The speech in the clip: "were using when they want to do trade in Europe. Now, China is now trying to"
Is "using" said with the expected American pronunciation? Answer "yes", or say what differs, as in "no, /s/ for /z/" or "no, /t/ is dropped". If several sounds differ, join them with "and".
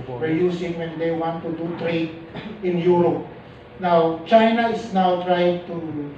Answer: no, /s/ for /z/